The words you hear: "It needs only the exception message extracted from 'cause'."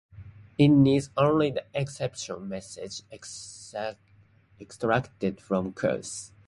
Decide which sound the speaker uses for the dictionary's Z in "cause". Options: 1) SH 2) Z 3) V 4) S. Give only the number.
4